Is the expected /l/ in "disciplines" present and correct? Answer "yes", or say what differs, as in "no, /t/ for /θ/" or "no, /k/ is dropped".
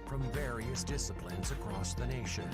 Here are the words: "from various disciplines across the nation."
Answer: yes